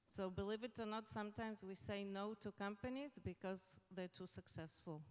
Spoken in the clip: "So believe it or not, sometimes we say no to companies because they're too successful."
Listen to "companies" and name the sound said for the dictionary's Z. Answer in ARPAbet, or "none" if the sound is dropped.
Z